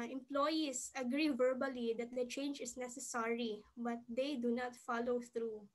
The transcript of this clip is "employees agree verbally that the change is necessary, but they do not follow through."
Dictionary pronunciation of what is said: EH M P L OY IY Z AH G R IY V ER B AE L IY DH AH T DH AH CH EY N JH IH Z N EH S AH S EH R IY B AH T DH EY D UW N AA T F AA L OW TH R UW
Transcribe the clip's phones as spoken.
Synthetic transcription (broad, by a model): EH M P L OY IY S AH G R IY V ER B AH L IY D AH T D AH CH EY N JH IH S N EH S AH S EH R IY B AH T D EY D UW N AA T F AA L OW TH R UW